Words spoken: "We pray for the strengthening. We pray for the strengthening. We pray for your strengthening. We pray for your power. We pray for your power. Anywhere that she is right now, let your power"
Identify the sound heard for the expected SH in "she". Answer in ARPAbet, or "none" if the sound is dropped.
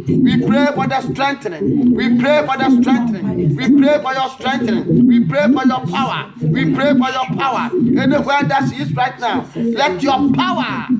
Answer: S